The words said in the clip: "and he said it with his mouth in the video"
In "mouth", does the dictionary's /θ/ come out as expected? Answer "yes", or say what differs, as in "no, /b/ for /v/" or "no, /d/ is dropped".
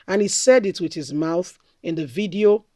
yes